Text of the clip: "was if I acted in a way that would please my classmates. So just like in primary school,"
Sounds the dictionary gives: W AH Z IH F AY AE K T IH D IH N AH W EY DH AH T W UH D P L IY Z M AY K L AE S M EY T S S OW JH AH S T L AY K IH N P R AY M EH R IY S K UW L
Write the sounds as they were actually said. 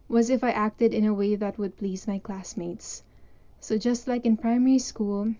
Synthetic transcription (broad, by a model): W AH Z IH F AY AE K T IH D IH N AH W EY DH AH T W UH D P L IY Z M AY K L AE S M EY T S S OW JH AH S T L AY K IH N P R AY M EH R IY S K UW L